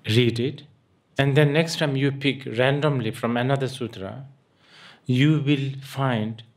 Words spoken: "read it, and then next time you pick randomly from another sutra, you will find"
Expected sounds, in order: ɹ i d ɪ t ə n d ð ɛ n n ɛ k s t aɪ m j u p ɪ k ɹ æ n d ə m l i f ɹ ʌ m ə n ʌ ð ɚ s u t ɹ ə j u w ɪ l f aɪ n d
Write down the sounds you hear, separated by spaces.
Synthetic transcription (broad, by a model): ɹ i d ɪ t ə n d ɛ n n ɛ k s t aɪ m j u p ɪ k ɹ æ n d ə m l i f ɹ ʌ m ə n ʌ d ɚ s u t ɹ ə j u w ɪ l f aɪ n d